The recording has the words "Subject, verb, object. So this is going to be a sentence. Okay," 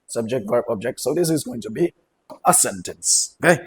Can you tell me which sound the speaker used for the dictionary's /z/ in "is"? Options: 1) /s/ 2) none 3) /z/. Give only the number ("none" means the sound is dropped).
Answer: 3